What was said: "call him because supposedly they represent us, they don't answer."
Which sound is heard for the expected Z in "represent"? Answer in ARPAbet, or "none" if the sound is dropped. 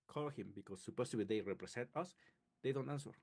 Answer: S